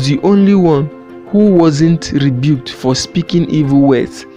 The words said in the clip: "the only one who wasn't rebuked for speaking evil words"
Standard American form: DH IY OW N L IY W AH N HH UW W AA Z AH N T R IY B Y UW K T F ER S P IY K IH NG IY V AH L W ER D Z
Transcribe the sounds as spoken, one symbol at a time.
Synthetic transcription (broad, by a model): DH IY OW N L IY W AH N HH UW W AA Z AH N T R IY B Y UW K T F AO S P IY K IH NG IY V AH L W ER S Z